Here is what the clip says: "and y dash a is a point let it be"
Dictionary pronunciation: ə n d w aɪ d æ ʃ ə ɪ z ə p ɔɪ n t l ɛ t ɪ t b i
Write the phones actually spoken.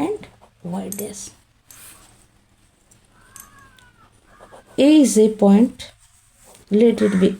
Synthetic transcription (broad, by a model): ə n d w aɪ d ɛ s ə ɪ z ə p ɔɪ n t l ɛ t ɪ t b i